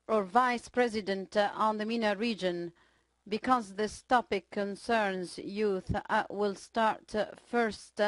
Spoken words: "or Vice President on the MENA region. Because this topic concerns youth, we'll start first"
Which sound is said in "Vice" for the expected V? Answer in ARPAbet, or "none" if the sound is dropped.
V